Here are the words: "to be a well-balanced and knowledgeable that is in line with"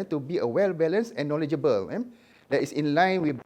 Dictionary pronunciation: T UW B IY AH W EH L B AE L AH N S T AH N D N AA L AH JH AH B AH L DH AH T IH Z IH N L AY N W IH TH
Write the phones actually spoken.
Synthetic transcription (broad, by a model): T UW B IY AH W EH L B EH L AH N S AH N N AA L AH JH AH B AH L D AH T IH S IH N L AY N W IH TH